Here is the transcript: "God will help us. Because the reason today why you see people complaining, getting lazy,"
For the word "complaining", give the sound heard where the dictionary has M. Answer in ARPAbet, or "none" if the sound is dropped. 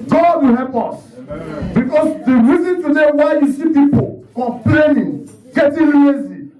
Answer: none